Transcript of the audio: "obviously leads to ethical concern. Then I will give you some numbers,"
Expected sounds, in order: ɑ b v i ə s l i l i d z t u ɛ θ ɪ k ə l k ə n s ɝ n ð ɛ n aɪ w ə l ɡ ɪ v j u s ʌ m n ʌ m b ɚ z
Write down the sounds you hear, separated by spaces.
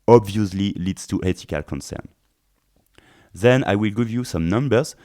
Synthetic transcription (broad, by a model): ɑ b v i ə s l i l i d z t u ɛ t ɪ k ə l k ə n s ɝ n ð ɛ n aɪ w ə l ɡ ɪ v j u s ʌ m n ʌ m b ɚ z